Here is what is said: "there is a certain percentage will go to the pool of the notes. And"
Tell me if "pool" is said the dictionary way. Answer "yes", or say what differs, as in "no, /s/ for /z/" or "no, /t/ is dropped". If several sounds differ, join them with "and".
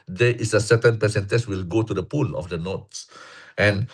yes